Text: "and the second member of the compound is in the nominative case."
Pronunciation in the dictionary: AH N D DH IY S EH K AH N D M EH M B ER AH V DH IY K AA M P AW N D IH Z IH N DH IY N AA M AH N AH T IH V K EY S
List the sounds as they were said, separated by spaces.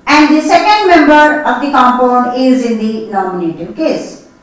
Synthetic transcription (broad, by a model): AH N D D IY S EH K AH N D M EH M B ER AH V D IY K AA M P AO N IH Z IH N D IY N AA M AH N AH T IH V K EY S